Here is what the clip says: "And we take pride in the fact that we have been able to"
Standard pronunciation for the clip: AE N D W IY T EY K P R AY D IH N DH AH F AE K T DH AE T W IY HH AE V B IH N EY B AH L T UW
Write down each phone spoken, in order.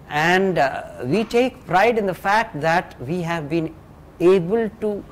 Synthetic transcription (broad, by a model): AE N D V IY T EY K P R AY D IH N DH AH F AE K T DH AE T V IY HH AE V B IH N EY B AH L T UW